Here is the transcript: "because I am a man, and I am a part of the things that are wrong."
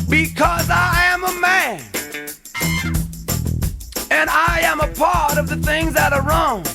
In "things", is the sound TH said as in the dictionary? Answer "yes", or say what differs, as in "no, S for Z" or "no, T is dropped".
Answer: yes